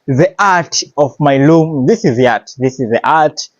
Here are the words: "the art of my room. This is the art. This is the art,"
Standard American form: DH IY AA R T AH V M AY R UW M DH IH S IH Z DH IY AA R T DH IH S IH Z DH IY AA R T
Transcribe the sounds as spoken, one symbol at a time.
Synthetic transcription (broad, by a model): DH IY AA R T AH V M AY L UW M DH IH S IH Z DH IY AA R T DH IH S IH Z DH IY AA R T